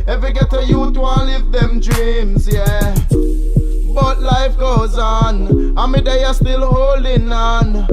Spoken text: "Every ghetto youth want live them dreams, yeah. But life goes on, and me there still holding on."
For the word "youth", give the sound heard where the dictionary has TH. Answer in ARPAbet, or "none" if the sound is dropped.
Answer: T